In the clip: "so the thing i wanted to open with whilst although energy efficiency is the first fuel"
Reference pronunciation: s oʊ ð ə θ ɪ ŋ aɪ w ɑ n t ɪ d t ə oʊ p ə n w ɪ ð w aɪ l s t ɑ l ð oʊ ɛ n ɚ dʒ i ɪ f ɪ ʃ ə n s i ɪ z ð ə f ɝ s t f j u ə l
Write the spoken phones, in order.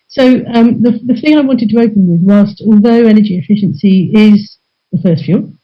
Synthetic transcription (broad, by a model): s oʊ ð ə θ ɪ ŋ aɪ w ɑ n t ɪ d t ə oʊ p ə n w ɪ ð w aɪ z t ɑ l ð oʊ ɛ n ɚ dʒ i ɪ f ɪ ʃ ə n s i ɪ z ð ə f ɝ s t f j u l